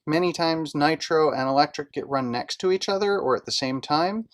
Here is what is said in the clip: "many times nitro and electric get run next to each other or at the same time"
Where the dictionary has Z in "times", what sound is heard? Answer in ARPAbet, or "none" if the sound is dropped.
Z